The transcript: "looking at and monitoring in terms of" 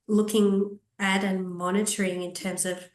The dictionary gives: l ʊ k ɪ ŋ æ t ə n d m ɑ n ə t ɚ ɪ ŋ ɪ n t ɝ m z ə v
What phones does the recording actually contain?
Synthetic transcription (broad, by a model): l ʊ k ɪ ŋ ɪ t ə n m ɑ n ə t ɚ ɪ ŋ ɪ n t ɝ m z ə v